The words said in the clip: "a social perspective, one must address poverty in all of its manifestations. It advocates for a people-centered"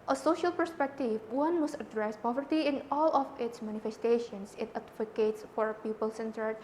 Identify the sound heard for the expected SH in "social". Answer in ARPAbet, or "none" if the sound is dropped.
SH